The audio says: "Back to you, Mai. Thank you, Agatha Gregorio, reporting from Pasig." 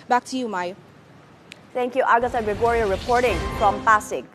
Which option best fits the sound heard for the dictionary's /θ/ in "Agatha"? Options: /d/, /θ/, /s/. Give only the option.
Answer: /s/